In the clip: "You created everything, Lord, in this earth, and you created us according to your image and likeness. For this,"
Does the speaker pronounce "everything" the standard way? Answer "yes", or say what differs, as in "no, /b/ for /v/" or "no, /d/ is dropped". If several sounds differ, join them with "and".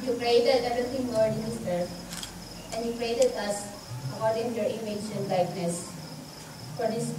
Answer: no, /f/ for /v/ and /t/ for /θ/